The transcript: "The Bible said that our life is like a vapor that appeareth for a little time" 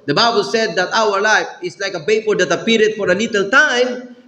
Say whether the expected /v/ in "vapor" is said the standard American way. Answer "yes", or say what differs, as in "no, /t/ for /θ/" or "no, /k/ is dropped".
no, /b/ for /v/